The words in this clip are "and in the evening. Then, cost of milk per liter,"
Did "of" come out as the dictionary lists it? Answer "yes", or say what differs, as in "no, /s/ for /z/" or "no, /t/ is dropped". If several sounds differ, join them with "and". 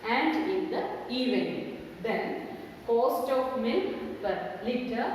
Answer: no, /p/ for /v/